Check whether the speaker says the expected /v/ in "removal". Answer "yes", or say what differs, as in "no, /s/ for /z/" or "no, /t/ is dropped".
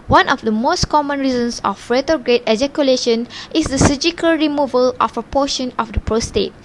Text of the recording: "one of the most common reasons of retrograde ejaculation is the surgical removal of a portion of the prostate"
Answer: yes